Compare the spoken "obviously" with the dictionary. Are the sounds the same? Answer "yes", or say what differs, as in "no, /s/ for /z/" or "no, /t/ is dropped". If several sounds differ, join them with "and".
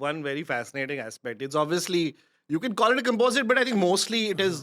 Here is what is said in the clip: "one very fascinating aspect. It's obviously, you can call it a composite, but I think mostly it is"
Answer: yes